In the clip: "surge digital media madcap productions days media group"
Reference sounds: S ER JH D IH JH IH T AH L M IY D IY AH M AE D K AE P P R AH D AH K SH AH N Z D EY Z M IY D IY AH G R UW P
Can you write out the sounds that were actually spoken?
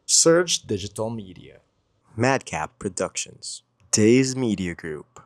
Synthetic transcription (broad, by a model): S ER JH D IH JH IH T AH L M IY D IY AH M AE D K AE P P R AH D AH K SH AH N Z D EY Z M IY D IY AH G R UW P